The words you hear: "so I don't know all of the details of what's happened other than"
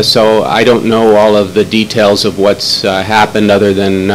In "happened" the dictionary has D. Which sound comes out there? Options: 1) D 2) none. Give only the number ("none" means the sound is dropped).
1